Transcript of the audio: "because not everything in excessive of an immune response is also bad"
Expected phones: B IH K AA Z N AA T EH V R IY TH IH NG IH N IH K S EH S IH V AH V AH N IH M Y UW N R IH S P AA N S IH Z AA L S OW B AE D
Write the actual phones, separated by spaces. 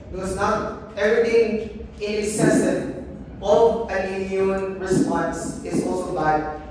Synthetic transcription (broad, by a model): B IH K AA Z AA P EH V R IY T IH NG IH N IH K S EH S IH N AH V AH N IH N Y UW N R IH S P AA N S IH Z AA L S OW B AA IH